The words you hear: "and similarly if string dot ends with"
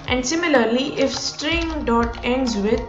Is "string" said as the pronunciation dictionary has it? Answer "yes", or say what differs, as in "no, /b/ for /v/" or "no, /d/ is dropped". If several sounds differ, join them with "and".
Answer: yes